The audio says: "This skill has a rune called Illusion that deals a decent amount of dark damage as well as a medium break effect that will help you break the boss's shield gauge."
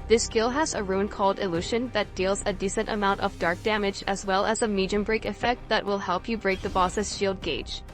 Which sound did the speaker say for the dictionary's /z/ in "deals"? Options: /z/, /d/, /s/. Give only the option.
/z/